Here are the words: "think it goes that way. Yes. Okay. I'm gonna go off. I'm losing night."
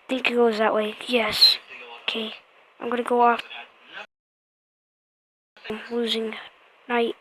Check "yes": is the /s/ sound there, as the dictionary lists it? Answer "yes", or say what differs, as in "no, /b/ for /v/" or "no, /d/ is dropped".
yes